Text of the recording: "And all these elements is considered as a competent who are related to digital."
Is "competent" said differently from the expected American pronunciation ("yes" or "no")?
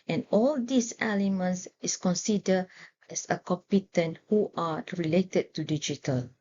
no